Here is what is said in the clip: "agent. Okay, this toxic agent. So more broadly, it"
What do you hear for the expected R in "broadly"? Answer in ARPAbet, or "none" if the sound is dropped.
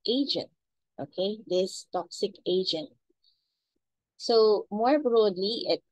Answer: R